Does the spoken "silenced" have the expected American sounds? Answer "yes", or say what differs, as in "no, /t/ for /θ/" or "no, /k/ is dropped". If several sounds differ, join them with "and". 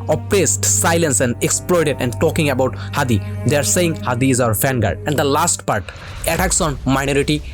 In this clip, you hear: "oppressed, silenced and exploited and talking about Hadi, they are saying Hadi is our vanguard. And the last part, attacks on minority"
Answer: no, /t/ is dropped